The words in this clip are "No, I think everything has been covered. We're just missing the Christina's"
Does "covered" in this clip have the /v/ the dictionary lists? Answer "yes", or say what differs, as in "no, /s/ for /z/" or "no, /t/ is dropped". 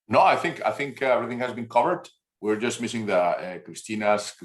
yes